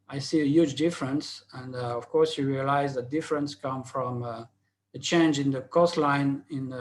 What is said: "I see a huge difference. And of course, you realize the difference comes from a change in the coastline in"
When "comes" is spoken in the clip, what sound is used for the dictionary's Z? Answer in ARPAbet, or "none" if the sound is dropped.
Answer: none